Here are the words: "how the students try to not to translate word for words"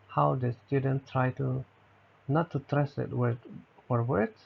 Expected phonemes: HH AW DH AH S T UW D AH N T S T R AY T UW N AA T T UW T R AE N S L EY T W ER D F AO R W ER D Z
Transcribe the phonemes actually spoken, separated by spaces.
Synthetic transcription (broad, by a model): HH AW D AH S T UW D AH N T T R AY T UW N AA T T UW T R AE S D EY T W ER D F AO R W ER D